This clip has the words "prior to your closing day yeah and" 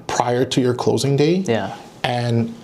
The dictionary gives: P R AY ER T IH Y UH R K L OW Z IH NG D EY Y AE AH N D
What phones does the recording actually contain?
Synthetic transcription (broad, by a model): P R AY ER T IH Y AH R K L OW Z IH NG D EY Y AE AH N